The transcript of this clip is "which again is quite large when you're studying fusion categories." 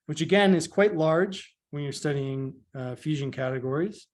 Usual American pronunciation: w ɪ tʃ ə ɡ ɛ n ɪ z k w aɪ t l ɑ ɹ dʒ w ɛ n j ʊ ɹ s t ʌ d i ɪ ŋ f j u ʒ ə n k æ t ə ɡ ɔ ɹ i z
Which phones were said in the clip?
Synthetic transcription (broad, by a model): w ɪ tʃ ə ɡ ɛ n ɪ z k w aɪ t l ɑ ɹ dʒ w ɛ n j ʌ ɹ s t ʌ d i ɪ ŋ f j u ʒ ə n k æ t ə ɡ ɔ ɹ i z